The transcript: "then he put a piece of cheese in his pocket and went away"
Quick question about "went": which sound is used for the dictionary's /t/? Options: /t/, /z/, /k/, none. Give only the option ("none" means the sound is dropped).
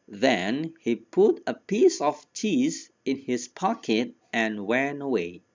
none